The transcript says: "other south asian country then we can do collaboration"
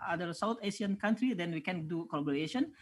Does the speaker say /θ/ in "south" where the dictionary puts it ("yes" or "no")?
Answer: no